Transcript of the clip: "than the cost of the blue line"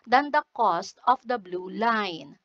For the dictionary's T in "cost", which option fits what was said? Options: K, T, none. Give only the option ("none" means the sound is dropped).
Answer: T